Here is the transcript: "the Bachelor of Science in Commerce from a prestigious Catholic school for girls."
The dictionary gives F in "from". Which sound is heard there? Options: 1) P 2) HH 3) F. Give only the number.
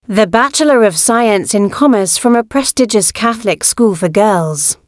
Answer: 3